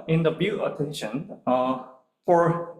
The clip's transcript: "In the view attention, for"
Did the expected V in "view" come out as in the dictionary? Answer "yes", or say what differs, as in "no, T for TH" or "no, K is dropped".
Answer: no, B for V